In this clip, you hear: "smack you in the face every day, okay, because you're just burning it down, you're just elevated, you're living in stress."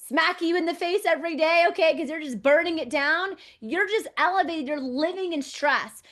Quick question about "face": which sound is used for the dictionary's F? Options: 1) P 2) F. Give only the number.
2